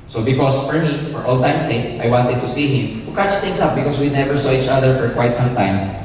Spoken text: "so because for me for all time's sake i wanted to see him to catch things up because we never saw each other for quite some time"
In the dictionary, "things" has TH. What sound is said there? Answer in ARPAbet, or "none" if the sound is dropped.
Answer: T